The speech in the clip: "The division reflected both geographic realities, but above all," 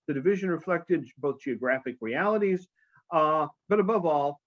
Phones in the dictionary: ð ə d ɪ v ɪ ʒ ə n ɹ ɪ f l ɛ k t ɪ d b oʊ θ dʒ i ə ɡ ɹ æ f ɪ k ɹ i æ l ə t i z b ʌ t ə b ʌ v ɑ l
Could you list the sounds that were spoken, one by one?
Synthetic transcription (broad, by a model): ð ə d ɪ v ɪ ʒ ə n ɹ ɪ f l ɛ k t ɪ d b oʊ θ dʒ i ə ɡ ɹ æ f ɪ k ɹ i æ l ə t i z b ʌ t ə b ʌ v ɑ l